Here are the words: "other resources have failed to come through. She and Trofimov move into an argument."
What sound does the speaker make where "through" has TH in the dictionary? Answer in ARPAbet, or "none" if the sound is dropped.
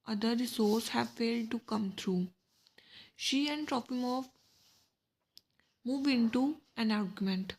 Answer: T